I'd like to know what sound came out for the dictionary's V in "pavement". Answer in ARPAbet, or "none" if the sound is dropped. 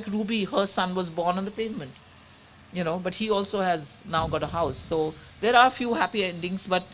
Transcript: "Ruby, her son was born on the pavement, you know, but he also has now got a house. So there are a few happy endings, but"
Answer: V